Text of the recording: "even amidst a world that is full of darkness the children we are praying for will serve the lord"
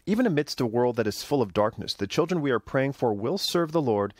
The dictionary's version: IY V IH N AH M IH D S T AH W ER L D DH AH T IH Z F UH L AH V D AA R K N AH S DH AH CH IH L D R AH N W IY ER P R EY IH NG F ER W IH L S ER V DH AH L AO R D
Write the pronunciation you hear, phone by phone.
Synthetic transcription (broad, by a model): IY V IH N AH M IH D S T AH W ER L D DH AH T IH Z F UH L AH V D AA R K N AH S DH AH CH IH L D R AH N W IY ER P R EY IH NG F ER W IH L S ER V DH AH L AO R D